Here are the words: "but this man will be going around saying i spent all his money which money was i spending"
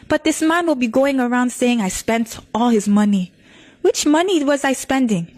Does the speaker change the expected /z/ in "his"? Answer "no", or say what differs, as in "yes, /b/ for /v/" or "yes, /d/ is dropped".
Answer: no